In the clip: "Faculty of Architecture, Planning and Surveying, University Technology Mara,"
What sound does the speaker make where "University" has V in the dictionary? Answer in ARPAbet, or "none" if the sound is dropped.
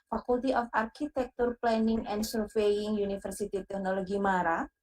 F